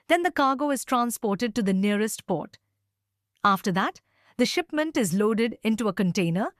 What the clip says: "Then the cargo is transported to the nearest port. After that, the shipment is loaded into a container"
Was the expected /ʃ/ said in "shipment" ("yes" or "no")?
yes